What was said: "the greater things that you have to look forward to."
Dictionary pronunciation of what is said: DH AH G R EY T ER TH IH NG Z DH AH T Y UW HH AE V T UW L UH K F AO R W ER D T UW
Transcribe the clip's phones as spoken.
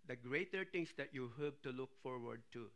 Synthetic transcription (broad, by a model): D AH G R EY T ER T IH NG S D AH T Y UW HH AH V T UW L UH K F AO R W ER D T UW